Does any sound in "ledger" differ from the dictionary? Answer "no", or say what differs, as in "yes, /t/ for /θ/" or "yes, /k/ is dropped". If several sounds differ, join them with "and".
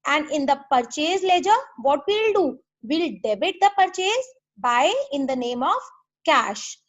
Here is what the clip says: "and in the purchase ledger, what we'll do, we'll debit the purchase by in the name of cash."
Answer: no